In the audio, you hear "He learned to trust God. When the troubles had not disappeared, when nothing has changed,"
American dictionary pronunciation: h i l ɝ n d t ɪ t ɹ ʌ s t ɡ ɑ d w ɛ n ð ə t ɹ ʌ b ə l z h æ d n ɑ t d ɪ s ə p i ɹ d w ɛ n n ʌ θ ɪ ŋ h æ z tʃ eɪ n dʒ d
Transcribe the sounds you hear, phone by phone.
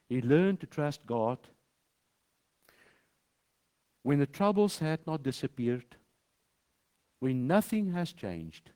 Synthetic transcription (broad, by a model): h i l ɝ n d t ɪ t ɹ ʌ s t ɡ ɑ d w ɛ n ð ə t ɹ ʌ b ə l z h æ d n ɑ t d ɪ s ə p i ɹ d w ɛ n n ʌ θ ɪ ŋ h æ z tʃ eɪ n dʒ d